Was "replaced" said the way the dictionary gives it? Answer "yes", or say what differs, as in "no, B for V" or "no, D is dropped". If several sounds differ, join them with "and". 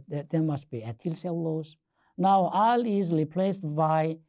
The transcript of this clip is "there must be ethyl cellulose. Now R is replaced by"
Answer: yes